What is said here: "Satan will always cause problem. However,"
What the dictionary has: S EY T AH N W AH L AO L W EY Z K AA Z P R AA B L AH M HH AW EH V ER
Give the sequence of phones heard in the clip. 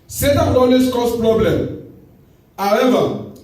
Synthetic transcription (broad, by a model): S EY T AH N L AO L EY S K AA S P R AA B L AH M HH AW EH V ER